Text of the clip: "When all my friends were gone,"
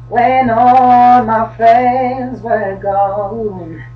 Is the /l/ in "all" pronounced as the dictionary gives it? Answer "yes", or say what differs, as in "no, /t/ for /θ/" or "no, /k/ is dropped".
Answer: no, /n/ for /l/